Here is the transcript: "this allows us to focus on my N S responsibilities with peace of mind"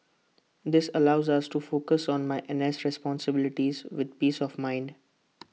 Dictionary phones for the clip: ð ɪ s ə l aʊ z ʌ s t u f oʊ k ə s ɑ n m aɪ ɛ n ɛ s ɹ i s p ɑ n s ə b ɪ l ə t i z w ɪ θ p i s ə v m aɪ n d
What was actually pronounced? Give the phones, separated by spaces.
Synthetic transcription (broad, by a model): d ɪ s ə l aʊ z ʌ s t u f oʊ k ə s ɑ n m aɪ ɛ n ɛ s ɹ i s p ɑ n s ə b ɪ l ə t i z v ɪ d p i s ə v m aɪ n d